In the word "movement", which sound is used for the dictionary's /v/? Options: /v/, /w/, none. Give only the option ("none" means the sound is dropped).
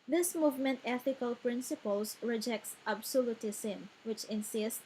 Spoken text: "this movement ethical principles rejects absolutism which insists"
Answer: /v/